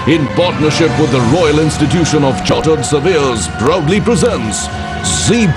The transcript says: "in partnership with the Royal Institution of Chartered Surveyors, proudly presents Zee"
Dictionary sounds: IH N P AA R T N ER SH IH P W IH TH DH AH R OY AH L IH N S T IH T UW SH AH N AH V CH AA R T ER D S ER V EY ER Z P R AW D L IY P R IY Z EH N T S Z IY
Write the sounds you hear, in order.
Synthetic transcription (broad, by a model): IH N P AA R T N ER SH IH P W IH DH AH R OY AH L IH N S T IH T UW SH AH N AH V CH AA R T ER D S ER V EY Z B R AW D L IY P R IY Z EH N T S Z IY